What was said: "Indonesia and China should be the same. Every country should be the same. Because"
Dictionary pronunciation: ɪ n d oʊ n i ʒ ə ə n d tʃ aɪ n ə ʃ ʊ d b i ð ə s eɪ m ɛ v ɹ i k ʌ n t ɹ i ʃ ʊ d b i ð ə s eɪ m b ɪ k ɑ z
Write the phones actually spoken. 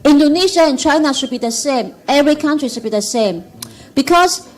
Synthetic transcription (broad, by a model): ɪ n d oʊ n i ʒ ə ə n tʃ aɪ n ə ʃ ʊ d b i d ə s eɪ m ɛ v ɹ i k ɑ n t ɹ i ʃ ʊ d b i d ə s eɪ m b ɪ k ɑ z